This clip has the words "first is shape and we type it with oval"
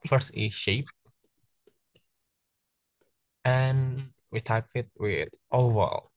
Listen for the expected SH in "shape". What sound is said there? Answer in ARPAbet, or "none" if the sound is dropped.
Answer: SH